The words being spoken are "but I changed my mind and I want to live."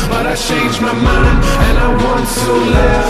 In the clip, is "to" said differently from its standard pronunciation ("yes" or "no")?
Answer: yes